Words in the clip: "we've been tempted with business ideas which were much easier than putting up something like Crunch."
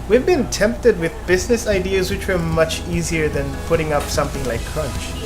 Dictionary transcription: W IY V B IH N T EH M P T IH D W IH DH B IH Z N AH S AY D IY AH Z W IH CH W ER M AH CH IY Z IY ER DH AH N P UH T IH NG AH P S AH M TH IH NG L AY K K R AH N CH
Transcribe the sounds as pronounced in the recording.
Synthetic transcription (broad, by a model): W IY V B IH N T EH M P T IH D W IH DH B IH Z N AH S AY D IY AH Z W IH CH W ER M AH CH IY Z IY ER DH AH N P UH T IH NG AH P S AH M TH IH NG L AY K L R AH N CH